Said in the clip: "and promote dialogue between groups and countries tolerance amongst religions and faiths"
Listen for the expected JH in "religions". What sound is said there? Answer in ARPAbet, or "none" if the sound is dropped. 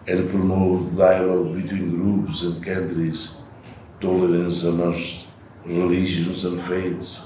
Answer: ZH